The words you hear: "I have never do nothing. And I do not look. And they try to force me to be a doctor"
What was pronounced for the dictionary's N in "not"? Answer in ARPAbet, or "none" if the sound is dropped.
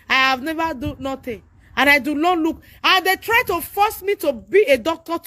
L